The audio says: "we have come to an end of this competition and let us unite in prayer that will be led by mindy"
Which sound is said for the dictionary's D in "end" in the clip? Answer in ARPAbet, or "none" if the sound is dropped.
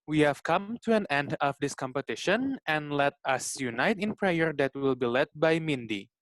D